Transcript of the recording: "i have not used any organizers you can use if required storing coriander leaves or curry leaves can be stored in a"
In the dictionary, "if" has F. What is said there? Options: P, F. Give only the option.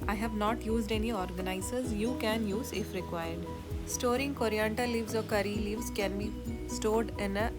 F